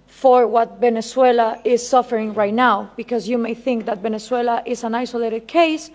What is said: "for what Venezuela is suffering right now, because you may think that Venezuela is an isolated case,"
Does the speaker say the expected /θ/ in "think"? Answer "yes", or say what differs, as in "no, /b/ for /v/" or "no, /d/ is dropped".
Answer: yes